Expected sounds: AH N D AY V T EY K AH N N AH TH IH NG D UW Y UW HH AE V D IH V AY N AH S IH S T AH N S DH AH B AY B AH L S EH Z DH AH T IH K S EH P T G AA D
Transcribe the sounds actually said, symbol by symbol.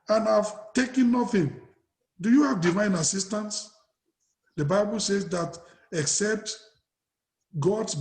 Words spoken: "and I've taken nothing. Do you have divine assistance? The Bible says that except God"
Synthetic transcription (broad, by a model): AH N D AY V T EY K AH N N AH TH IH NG D UW Y UW HH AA V D IH V AY N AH S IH S T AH N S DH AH B AY B AH L S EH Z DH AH T IH K S EH P T G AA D